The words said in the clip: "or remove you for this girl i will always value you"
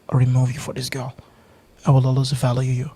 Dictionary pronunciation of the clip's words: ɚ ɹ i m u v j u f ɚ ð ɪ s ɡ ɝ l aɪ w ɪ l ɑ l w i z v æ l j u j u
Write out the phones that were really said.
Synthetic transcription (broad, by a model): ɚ ɹ i m u v j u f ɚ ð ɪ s ɡ ɝ l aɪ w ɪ l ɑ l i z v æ l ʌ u j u